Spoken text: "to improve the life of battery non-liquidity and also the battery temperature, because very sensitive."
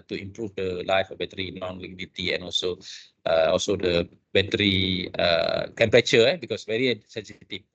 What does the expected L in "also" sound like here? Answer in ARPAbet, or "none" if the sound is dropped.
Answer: L